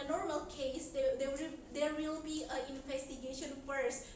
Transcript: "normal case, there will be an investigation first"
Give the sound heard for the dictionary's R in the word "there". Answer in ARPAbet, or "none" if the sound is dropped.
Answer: W